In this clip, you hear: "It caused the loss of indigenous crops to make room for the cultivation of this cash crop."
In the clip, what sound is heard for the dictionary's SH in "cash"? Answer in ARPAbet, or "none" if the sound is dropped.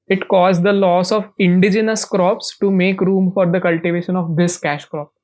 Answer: SH